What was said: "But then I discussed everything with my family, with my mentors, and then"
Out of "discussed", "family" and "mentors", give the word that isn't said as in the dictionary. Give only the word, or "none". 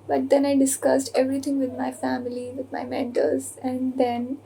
mentors